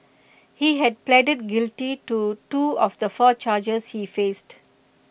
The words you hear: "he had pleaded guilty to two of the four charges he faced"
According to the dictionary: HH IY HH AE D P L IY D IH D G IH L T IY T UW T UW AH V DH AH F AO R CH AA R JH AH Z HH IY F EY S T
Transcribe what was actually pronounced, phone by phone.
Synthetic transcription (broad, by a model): HH IY HH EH D P L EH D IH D G IH L T IY T UW T UW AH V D AH F AO CH AA JH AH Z HH IY F EY S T